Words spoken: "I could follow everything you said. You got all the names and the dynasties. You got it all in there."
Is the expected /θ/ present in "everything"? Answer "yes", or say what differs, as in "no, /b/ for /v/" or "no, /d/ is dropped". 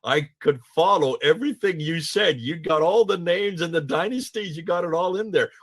yes